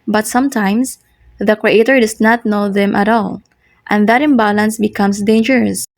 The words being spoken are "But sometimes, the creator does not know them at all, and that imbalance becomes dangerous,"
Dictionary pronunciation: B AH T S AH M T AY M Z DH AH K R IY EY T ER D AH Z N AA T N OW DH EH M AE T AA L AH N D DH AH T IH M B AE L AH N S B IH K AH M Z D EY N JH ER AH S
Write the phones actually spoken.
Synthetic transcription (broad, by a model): B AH T S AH M T AY M S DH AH K R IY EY T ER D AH S N AA T N OW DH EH M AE T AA L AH N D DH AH T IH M B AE L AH N S B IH K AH M S D EY N JH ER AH S